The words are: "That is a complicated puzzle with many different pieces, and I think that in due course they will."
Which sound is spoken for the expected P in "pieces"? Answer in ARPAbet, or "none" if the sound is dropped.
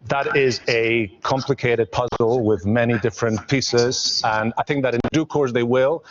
P